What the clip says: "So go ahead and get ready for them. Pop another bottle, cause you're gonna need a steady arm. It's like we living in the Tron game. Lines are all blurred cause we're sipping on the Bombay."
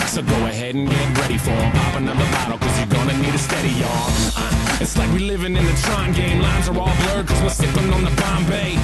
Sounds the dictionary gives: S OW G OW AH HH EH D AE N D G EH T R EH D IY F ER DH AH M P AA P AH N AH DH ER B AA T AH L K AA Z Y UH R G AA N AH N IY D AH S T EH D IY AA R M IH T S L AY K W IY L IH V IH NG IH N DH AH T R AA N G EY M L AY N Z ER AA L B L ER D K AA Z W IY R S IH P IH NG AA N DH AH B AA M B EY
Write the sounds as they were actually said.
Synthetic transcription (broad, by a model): S OW G OW AH HH EH D N G EH T R EH D IY F ER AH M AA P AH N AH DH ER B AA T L K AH Z Y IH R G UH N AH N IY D AH S T EH D IY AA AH IH T S L AY K W IY L IH V IH NG IH N DH AH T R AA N G EY M L AY N Z ER AA L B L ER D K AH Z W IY L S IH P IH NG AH N DH AH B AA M B EY